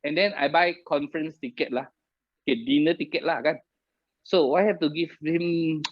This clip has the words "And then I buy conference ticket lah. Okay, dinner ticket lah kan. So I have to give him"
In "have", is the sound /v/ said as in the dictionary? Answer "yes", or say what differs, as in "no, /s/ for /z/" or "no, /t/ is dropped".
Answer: no, /f/ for /v/